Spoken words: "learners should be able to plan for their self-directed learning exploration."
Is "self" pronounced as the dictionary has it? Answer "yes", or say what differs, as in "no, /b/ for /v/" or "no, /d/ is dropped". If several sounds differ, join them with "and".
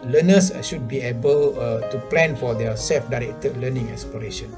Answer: yes